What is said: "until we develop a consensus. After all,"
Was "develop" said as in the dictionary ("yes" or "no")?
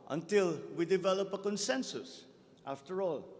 yes